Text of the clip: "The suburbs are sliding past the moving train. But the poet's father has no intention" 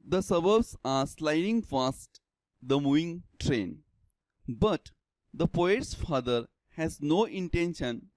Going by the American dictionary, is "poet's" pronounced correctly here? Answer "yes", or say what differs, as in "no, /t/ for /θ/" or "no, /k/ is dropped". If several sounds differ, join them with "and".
yes